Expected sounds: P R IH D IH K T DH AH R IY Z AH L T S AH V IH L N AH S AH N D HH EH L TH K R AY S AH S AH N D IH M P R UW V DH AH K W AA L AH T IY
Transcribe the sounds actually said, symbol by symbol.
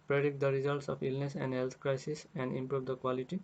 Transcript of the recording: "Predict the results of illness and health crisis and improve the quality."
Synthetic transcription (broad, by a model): P R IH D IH K T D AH R IY Z AH L T S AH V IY L N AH S AH N D HH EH L T K R AY S AH S AH N D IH M P R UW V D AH K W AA L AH T IY